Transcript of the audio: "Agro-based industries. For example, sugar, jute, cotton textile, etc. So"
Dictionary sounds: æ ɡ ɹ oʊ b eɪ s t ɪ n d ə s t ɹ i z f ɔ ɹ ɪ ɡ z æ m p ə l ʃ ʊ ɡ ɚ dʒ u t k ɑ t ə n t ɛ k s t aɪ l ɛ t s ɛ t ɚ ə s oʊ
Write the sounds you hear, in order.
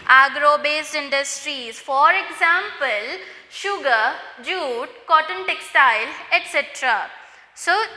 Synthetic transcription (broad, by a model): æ ɡ ɹ oʊ b eɪ s t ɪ n d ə s t ɹ i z f ɔ ɹ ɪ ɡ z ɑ m p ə l ʃ ʊ ɡ ɚ dʒ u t k ɑ t ə n t ɛ k s t aɪ l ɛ t s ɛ t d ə s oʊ